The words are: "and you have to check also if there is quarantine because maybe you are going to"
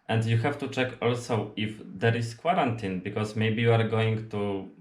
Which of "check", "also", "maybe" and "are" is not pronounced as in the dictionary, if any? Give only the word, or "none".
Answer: none